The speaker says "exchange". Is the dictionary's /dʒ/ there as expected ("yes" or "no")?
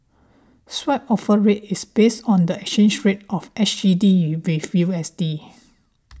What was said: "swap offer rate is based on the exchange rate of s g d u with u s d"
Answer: no